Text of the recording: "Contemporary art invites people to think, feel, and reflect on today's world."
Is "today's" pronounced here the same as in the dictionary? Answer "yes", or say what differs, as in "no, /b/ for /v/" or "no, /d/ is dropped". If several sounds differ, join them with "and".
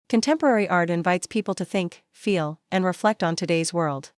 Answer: yes